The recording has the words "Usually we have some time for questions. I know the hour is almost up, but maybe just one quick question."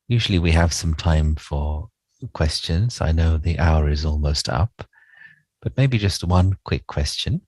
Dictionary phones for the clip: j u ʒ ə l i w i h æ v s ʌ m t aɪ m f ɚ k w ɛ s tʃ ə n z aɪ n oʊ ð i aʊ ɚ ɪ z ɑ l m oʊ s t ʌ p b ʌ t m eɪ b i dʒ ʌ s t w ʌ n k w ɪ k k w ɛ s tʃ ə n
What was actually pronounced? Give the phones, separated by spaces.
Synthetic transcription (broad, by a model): j u ʒ l i w i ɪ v s ʌ m t aɪ m f ɚ k w ɛ s tʃ ə n z aɪ n oʊ ð i aʊ ɚ ɪ z ɑ l m oʊ s t ʌ p b ʌ t m eɪ b i dʒ ʌ s t w ʌ n k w ɪ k k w ɛ s tʃ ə n